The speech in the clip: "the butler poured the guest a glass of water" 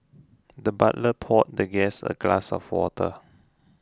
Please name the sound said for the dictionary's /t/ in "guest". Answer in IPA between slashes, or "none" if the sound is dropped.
none